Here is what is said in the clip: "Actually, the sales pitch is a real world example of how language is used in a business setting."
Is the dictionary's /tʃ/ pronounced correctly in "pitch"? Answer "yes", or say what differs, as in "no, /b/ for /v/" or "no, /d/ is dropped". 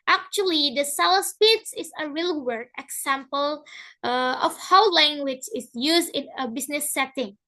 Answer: no, /s/ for /tʃ/